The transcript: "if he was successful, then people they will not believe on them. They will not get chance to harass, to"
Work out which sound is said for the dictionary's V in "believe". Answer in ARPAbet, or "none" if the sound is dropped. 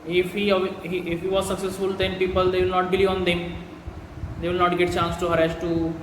none